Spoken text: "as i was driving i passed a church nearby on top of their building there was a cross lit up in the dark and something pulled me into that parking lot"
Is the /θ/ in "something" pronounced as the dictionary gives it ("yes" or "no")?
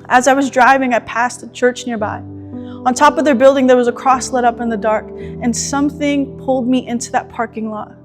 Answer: yes